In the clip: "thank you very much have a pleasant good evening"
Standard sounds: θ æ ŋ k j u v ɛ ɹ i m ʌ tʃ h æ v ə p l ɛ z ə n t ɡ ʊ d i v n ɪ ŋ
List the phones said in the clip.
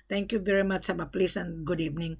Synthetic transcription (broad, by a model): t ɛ ŋ k j u v ɛ ɹ i m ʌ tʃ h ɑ b ə p l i s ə n ɡ ʊ d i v n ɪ ŋ